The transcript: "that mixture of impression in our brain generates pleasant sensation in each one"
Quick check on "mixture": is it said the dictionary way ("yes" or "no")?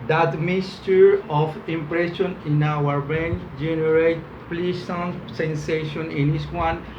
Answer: no